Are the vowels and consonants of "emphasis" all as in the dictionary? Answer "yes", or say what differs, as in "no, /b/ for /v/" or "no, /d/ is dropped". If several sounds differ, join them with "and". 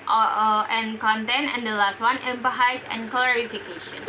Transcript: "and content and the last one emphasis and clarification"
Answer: no, /p/ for /f/